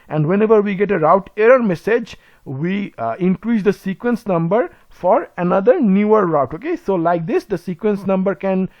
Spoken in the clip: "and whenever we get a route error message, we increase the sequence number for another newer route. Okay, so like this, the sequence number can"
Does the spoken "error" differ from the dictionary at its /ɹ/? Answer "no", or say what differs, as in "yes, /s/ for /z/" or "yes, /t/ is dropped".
no